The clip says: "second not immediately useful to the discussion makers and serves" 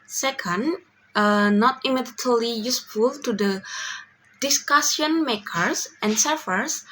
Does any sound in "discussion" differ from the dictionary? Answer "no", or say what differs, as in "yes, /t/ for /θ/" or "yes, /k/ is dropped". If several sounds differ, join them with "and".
yes, /s/ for /ʃ/